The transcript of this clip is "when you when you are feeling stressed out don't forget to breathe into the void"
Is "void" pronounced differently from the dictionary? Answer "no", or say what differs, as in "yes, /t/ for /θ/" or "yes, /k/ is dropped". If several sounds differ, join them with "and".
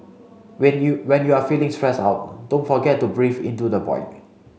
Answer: yes, /p/ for /v/